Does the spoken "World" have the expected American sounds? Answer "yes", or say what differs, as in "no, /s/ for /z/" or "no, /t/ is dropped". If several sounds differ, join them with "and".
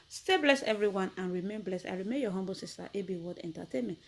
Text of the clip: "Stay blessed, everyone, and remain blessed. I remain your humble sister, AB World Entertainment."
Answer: no, /l/ is dropped